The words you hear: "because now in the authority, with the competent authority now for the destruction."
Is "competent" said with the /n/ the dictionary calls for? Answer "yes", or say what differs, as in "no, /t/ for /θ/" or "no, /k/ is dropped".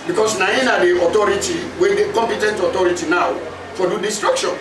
yes